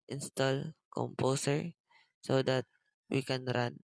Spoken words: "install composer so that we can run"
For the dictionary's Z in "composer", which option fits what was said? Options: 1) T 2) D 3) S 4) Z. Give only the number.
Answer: 3